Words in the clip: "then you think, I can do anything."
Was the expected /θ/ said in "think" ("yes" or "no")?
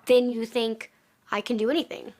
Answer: yes